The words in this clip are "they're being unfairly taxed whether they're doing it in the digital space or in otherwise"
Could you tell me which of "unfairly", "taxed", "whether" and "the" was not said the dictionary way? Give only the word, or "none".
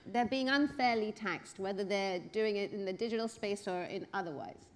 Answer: none